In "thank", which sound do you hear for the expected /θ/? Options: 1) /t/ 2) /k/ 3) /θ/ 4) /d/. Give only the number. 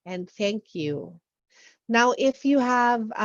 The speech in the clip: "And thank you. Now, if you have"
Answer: 3